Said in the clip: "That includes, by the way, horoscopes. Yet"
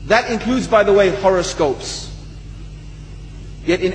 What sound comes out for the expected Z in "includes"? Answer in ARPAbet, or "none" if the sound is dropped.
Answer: Z